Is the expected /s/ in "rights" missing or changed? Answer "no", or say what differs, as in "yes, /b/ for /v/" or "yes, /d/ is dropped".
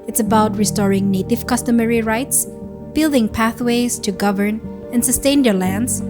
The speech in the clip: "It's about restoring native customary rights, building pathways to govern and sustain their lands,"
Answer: no